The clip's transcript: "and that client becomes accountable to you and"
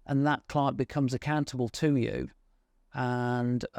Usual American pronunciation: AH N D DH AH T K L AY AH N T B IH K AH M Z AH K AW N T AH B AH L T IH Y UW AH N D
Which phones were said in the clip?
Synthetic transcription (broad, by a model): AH N DH AH T K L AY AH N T B IH K AH M Z AH K AW N T AH B AH L T IH Y UW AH N